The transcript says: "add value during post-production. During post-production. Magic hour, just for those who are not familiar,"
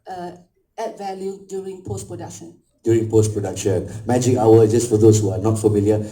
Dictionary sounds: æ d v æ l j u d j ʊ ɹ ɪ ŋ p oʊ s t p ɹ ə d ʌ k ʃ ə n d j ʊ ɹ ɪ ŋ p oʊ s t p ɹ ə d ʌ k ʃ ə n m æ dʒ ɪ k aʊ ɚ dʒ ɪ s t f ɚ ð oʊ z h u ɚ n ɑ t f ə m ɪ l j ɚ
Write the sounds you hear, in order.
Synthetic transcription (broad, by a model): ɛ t v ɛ l j u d j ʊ ɹ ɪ ŋ p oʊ s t p ɹ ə d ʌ k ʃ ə n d j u ɹ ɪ ŋ p oʊ s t p ɹ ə d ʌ k ʃ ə n m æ dʒ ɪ k aʊ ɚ dʒ ɪ s t f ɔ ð oʊ s h u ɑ n ɑ t f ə m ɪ l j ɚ